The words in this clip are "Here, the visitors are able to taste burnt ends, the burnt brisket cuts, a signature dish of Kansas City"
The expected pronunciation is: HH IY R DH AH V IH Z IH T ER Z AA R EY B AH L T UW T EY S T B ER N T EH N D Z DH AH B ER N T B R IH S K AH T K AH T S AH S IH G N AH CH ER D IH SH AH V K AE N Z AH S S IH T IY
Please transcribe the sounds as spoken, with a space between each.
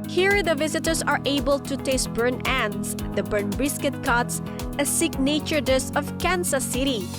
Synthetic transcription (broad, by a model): HH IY R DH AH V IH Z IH T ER S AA R EY B AH L T UW T EY S T B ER N EH N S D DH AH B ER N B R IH S K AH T K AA T S AH S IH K N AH CH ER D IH S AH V K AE N S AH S S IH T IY